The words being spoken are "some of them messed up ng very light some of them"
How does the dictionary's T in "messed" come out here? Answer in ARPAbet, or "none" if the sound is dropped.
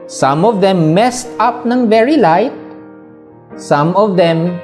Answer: T